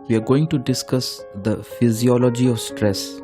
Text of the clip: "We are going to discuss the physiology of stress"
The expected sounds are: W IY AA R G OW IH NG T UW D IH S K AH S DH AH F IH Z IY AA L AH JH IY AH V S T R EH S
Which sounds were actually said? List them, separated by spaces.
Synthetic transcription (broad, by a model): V IY AA R G OW IH NG T UW D IH S K AH S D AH F IH Z IY AA L AH JH IY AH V S T R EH S